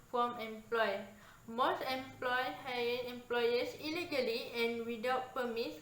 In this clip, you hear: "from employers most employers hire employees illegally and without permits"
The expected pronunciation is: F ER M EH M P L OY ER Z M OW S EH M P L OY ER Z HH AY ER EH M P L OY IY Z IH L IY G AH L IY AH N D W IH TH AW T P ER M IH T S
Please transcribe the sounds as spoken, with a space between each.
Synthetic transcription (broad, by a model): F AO M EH M P L OY M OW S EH M P L OY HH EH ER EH M P L OY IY S IH L IY G AH L IY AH N W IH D AW T P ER M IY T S